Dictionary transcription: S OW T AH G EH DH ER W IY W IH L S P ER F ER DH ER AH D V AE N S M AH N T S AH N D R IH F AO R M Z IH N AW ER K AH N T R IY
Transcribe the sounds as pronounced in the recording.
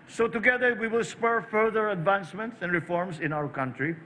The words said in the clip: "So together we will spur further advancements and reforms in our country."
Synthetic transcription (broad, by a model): S OW T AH G EH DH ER W IY W IH L S P ER F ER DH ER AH D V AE N S M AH N T S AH N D R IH F AO R M S IH N AW ER K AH N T R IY